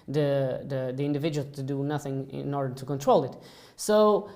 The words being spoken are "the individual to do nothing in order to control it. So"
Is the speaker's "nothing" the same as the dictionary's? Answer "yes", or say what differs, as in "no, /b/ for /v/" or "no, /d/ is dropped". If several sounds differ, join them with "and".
yes